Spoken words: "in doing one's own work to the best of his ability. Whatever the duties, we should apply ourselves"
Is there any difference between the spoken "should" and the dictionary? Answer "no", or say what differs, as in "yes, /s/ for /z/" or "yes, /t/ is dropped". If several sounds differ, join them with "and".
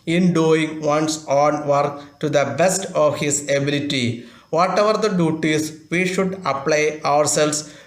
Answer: no